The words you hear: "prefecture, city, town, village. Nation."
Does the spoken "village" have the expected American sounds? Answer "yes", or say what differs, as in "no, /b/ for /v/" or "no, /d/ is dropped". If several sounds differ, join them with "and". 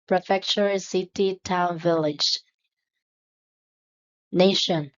yes